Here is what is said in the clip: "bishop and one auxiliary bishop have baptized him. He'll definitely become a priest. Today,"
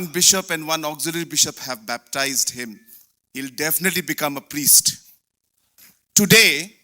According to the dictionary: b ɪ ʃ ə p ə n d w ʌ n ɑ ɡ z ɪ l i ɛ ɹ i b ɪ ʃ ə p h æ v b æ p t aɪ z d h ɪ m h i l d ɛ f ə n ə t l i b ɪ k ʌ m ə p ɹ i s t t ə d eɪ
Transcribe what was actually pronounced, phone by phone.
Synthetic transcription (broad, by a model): b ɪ ʃ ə p ə n d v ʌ n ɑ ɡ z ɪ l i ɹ b ɪ ʃ ə p h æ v b æ p t aɪ z d h ɪ m h i l d ɛ f ə n ə t l i b ɪ k ʌ m ə p ɹ i s t t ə d eɪ